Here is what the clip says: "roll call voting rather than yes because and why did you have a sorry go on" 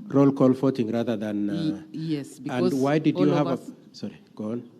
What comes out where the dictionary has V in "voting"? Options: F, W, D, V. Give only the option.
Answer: F